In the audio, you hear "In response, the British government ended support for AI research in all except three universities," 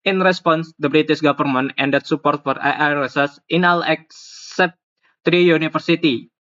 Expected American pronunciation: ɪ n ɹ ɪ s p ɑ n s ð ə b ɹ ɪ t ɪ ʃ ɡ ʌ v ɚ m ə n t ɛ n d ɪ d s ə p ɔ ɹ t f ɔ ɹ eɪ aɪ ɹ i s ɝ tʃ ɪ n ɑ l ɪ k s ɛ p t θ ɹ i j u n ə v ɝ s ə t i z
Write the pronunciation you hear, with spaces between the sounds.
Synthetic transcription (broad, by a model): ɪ n ɹ ɪ s p ɑ n s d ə b ɹ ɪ t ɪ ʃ ɡ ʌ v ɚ m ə n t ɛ n d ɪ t s ə p ɔ ɹ t f ɔ ɹ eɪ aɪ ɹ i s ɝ s ɪ n ɑ l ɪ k s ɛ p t ɹ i j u n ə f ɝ s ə t i